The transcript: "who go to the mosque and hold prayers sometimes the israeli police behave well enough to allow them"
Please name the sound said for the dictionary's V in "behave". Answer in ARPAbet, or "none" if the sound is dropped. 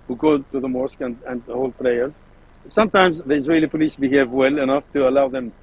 V